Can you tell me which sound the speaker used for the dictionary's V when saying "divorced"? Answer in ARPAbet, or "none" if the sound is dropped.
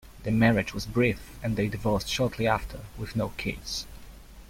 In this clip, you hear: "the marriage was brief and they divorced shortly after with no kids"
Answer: V